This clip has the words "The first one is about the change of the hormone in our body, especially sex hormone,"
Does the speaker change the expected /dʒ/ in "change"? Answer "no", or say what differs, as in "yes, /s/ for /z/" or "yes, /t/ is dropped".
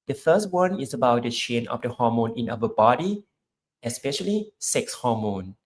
yes, /dʒ/ is dropped